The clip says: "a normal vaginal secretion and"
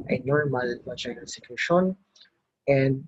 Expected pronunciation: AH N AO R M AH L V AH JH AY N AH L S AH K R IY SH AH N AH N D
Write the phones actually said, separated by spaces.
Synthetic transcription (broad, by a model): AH N AO R M AH L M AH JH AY AH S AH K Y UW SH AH N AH N D